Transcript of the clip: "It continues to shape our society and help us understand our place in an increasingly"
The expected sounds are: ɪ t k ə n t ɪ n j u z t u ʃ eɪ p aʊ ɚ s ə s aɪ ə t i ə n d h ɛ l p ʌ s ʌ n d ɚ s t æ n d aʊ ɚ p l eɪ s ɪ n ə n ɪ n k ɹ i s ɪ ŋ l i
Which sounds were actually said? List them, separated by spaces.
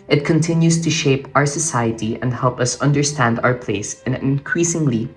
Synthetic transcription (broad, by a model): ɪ t k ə n t ɪ n j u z t u ʃ eɪ p aʊ ɚ s ə s aɪ ə t i ə n d h ɛ l p ʌ s ʌ n d ɚ s t æ n d aʊ ɚ p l eɪ ɪ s ə n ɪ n k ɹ i s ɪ ŋ l i